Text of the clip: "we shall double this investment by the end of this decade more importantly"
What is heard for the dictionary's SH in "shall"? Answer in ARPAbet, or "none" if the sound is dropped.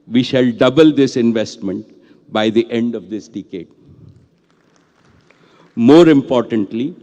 SH